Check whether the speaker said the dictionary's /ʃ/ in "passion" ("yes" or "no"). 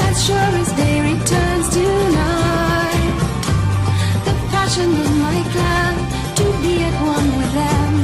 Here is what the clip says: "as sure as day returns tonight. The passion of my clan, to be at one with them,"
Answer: yes